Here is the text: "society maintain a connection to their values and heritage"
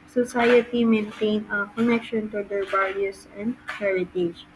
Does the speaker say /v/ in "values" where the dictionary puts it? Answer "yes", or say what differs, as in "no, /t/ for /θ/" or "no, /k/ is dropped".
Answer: no, /b/ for /v/